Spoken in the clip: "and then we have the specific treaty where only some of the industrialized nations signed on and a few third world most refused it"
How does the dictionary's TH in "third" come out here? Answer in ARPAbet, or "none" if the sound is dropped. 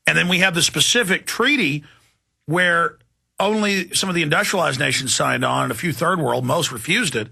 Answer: TH